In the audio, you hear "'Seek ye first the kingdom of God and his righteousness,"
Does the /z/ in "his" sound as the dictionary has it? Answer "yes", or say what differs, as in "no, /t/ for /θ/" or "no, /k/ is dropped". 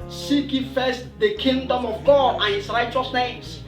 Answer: no, /s/ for /z/